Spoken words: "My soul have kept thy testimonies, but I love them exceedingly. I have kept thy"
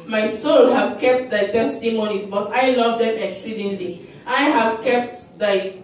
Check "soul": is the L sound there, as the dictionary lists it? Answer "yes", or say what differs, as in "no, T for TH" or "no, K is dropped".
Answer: yes